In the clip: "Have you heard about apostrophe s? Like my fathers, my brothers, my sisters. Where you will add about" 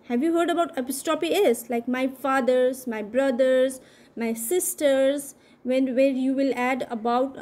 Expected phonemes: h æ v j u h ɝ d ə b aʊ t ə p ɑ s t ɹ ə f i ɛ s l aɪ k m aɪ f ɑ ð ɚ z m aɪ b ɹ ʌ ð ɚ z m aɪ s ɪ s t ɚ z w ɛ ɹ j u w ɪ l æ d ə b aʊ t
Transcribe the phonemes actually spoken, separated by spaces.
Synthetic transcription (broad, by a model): h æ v j u h ɝ d ə b aʊ t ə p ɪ s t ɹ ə p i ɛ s l aɪ k m aɪ f ɑ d ɚ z m aɪ b ɹ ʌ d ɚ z m aɪ s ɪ s t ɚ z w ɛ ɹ j u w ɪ l æ d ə b aʊ t